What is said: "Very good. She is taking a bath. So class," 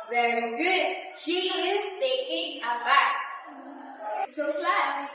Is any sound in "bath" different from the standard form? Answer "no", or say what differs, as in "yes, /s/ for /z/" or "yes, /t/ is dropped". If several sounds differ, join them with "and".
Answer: yes, /t/ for /θ/